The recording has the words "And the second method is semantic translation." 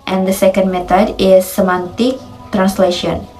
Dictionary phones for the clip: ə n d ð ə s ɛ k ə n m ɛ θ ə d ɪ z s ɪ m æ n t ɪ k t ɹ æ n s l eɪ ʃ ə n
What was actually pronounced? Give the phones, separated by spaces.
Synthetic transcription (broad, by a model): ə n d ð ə s ɛ k ə n m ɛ t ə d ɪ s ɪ m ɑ n t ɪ k t ɹ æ n s l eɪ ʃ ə n